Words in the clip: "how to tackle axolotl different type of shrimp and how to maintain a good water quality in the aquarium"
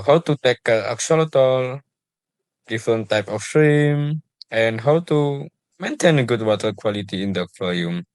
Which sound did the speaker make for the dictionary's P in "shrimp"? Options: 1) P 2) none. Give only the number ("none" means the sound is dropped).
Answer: 2